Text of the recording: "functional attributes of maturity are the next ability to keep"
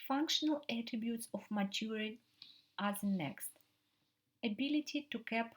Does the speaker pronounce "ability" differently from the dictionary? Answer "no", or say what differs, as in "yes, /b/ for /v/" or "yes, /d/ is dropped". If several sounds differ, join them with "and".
no